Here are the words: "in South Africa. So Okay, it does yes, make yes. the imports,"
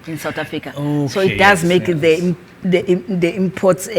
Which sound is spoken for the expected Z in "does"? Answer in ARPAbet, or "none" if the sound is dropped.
Z